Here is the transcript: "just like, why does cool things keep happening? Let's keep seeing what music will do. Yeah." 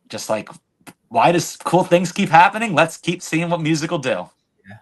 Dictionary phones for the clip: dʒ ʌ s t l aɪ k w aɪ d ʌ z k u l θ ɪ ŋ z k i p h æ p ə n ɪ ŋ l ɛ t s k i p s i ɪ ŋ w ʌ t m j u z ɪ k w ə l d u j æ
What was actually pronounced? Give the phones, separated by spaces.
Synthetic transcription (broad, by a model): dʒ ʌ s t l aɪ k w aɪ d ʌ z k u l θ ɪ ŋ z k i p h æ p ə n ɪ ŋ l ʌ t s k i p s i ɪ ŋ w ʌ t m j u z ɪ k l d u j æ